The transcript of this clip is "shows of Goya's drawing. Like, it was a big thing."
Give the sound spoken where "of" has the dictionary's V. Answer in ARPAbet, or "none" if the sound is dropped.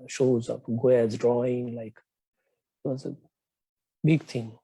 P